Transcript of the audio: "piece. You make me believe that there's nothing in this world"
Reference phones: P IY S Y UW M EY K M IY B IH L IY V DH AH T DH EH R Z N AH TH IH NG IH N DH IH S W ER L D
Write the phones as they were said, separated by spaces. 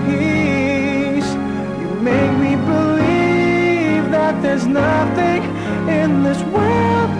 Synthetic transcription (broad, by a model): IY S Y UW M EY K M IY B IH L IY V DH AH T DH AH R Z N AH TH IH NG IH N DH IH S W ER L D